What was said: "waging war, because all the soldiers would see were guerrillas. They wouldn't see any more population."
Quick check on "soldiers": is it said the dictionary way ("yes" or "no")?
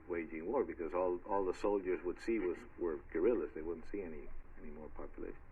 yes